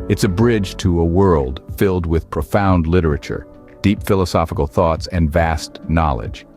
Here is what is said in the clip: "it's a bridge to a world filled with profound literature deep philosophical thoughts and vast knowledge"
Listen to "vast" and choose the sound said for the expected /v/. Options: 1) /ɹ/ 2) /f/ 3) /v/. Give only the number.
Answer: 3